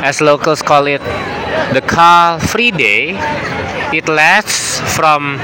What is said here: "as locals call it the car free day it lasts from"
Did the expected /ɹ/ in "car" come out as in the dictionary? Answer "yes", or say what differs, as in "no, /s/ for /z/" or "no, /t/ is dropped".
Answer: no, /l/ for /ɹ/